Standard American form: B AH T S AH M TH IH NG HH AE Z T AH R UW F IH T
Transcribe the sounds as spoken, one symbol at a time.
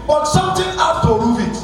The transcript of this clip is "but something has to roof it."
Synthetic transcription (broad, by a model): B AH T S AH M T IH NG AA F T AH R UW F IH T